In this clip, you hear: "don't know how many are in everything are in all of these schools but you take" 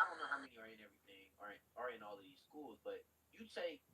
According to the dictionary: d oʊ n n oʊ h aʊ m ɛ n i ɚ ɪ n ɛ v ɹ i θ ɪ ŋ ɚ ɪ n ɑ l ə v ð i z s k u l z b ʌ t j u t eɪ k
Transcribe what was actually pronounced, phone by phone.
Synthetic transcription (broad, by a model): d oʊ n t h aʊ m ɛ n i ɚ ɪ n ɛ v ɹ i θ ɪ ŋ ɚ ɪ n ɑ l ə v ð i z s k u l z b ʌ t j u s eɪ